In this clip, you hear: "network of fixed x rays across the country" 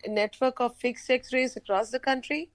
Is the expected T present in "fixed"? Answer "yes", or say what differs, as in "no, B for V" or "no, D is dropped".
no, T is dropped